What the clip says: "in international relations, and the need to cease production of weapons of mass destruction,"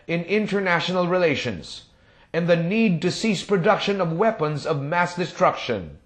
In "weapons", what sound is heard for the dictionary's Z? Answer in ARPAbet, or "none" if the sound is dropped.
Z